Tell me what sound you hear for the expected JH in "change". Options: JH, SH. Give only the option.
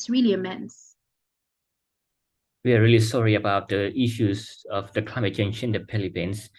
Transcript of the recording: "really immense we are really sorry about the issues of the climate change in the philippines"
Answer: SH